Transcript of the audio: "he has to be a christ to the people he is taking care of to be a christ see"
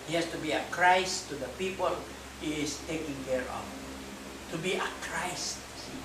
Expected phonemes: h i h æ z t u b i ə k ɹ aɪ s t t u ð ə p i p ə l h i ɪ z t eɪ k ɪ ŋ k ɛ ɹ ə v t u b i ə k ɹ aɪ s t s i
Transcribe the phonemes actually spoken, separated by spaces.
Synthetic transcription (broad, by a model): h i h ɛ s t u b i ə k ɹ aɪ s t t u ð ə p i p ə l h i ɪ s t eɪ k ɪ ŋ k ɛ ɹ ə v t u b i ə k ɹ aɪ s t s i